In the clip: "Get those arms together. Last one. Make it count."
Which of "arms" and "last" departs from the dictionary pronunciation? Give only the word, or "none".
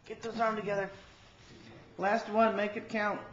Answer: arms